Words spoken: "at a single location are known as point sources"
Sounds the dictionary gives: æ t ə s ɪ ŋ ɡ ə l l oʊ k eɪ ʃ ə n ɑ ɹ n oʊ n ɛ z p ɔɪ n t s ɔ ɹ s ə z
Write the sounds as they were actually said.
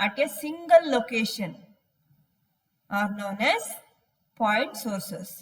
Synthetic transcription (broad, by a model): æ t ə s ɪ ŋ ɡ ə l l oʊ k eɪ ʃ ə n ɑ ɹ n oʊ n ɛ z p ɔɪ t s ɔ ɹ s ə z